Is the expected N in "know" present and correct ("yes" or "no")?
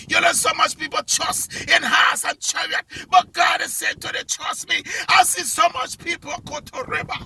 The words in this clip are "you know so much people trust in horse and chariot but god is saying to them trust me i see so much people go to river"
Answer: no